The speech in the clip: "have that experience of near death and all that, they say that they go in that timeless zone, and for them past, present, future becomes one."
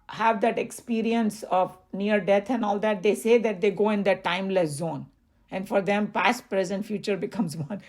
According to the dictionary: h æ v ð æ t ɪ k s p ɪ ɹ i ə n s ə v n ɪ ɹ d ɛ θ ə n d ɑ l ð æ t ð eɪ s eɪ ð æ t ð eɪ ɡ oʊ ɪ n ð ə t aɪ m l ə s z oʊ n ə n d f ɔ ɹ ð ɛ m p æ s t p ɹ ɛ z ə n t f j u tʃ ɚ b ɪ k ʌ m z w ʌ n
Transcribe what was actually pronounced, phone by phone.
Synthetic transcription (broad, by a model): h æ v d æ t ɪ k s p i ɹ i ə n s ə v n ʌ ɹ d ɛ t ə n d ɑ l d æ t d eɪ s eɪ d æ t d eɪ ɡ oʊ ɪ n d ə t aɪ m l ə s z oʊ n ə n d f ɔ ɹ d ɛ m p æ s t p ɹ ɛ z ə n t f j u tʃ ɚ b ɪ k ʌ m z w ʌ n